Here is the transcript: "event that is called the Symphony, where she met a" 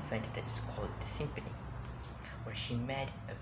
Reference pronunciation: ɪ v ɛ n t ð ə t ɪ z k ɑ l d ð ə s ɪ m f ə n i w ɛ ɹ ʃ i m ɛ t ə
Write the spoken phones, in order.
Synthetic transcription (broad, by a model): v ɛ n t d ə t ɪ s k ɑ l d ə s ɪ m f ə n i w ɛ ʃ i m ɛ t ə